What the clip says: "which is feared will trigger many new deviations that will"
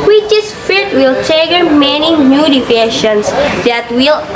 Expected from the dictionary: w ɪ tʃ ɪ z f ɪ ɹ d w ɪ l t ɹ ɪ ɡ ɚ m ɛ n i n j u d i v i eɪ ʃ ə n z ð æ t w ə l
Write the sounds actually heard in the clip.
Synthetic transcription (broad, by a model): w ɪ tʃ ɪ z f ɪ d w ɪ l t ɛ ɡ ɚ m ɛ n i n j u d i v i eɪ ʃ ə n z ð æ t w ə l